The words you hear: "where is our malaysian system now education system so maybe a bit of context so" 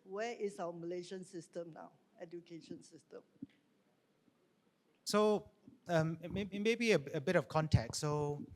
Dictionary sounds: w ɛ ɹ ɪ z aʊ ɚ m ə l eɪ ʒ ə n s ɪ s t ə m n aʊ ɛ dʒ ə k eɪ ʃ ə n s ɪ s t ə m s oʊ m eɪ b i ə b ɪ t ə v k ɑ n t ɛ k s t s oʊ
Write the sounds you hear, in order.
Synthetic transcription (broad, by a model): w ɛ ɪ s aʊ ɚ m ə l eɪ ʃ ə n s ɪ s t ə m n aʊ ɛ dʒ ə k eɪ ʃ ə n s ɪ s t ə m s oʊ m eɪ b i ə b ɪ t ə f k ɑ n t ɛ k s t s oʊ